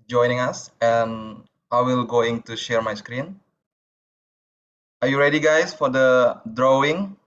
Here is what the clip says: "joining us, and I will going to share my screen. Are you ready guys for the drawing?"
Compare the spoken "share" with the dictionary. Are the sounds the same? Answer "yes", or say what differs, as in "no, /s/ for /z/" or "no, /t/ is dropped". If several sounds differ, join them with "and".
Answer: yes